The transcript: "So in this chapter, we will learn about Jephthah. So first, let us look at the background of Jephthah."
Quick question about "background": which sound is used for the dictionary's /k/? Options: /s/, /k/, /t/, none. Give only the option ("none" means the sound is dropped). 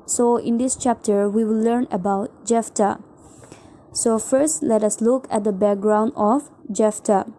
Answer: /k/